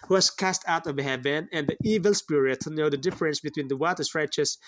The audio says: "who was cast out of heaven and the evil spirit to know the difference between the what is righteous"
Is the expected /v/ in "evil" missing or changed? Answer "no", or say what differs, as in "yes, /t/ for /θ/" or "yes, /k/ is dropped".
no